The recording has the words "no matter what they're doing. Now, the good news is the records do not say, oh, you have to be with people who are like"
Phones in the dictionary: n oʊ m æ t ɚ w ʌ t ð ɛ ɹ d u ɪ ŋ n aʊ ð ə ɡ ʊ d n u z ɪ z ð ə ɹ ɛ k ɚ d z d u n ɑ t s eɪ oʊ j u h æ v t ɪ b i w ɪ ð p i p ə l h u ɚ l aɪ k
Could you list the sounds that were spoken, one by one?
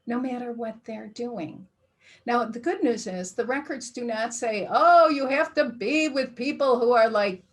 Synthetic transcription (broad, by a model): n oʊ m æ t ɚ w ʌ t ð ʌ ɹ d u ɪ ŋ n aʊ ð ə ɡ ʊ d n u z ɪ z ð ə ɹ ɛ k ɚ d z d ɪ n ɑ t s eɪ oʊ j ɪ h æ f t ɪ b i w ɪ ð p i p l h u ɚ l aɪ k